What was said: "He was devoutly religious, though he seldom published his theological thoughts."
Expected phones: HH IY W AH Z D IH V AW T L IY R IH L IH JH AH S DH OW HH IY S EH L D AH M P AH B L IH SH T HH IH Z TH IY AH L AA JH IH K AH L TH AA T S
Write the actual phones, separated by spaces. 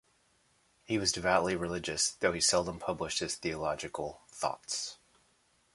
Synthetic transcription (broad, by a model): HH IY W AH Z D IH V AW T L IY R IH L IH JH AH S DH OW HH IY S EH L D AH M P AH B L IH SH T HH IH Z TH IY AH L AA JH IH K L TH AA T S